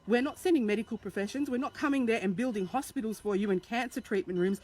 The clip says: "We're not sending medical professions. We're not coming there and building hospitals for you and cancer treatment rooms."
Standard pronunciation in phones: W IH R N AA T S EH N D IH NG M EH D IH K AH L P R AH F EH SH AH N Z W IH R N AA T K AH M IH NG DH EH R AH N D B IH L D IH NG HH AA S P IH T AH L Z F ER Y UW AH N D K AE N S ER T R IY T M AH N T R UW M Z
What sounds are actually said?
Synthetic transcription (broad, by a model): W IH R N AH T S EH N D IH NG M EH D IH K AH L P R AH F EH SH AH N Z W IH R N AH T K AH M IH NG DH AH R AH N B IH L D IH NG HH AA S P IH T L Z F ER Y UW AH N K AE N S ER T R IY T M AH N T R UW M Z